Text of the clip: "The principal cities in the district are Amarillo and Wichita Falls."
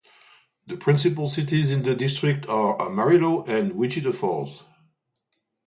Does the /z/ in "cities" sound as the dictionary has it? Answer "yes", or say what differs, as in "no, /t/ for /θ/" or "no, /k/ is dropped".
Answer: yes